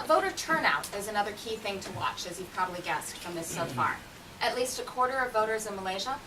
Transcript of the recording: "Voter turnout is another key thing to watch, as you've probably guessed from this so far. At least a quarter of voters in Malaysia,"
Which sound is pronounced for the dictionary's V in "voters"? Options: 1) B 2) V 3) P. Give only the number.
2